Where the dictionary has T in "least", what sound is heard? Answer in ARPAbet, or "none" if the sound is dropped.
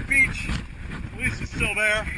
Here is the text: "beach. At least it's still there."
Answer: none